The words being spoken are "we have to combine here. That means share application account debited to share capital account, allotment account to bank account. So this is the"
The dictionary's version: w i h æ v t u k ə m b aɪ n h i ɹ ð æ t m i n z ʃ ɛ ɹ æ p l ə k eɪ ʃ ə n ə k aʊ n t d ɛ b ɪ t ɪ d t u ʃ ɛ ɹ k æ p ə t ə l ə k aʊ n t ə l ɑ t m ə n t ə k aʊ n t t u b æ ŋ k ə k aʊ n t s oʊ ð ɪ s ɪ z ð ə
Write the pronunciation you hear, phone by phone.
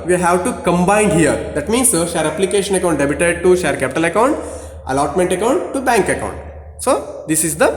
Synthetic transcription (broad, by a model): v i h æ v t u k ə m b aɪ n h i ɹ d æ t m i n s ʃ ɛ ɹ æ p l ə k eɪ ʃ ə n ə k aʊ n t d ɛ b ɪ t ɪ d t u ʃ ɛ ɹ k æ p ə t ə l ə k aʊ n t ə l ɑ t m ə n t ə k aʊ n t t u b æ ŋ k ə k aʊ n t s oʊ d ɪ s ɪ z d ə